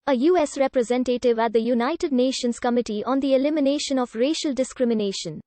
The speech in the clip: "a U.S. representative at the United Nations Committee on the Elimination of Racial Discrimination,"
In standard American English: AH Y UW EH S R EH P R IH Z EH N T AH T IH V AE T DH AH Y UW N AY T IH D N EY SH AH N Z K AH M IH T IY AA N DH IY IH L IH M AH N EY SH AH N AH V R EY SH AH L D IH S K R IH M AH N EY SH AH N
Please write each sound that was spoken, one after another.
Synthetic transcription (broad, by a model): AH Y UW EH S R EH P R IH Z EH N T AH T IH V AE T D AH Y UW N AY T IH D N EY SH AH N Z K AH M IH T IY AA N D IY IH L IH M AH N EY SH AH N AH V R EY SH AH L D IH S K R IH M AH N EY SH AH N